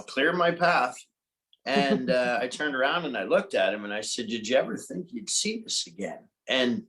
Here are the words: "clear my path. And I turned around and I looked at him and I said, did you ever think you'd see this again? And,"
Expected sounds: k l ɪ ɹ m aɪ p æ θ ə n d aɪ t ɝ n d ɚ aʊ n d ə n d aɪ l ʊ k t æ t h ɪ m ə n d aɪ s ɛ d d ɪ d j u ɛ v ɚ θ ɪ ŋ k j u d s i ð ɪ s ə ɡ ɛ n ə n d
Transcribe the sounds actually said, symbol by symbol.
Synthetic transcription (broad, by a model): k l ɪ ɹ m aɪ p æ θ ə n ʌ aɪ t ɝ n d ɚ aʊ n d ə n aɪ l ʊ k t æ t h ɪ m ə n aɪ s ɛ d d ɪ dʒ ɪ ɛ v ɚ θ ɪ ŋ k j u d s i ð ɪ s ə ɡ ɛ n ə n